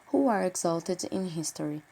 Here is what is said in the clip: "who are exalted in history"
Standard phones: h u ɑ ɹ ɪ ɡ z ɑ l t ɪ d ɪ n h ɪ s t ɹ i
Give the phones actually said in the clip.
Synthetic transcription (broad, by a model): h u ɑ ɹ ɪ ɡ z ɑ l t ɪ d ɪ n h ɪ s t ɹ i